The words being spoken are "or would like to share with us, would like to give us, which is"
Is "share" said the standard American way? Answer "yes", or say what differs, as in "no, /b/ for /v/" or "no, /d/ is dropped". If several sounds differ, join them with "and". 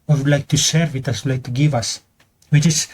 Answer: no, /s/ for /ʃ/